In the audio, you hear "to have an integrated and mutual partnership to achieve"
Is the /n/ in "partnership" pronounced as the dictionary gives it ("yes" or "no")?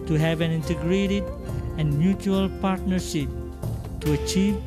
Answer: yes